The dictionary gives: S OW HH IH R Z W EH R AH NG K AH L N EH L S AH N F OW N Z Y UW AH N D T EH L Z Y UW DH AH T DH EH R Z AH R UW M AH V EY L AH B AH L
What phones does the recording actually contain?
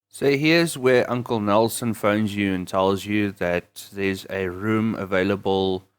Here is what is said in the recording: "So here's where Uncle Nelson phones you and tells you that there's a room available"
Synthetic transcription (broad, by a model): S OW HH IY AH Z W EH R AH NG K AH L N EH L S AH N F OW N Z Y UW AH N T EH L Z Y UW DH AH T DH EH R Z AH R UW M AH V EY L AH B AH L